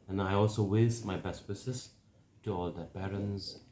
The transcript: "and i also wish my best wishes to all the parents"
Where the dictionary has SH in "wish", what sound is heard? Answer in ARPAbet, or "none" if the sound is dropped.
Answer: S